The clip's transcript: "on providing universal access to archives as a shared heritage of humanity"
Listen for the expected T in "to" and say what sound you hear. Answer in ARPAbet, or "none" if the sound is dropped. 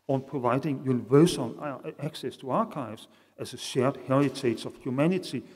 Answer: T